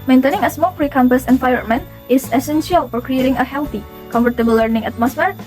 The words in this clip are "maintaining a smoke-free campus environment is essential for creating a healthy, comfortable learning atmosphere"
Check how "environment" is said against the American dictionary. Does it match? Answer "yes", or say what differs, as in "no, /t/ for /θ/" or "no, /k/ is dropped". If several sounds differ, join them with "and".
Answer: no, /f/ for /v/ and /ɹ/ is dropped and /t/ is dropped